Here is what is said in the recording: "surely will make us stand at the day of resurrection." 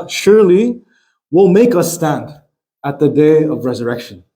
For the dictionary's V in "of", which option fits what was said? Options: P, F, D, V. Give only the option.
V